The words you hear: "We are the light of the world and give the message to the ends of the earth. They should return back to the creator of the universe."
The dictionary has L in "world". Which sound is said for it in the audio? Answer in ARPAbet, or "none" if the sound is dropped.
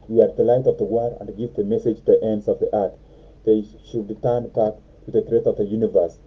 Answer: none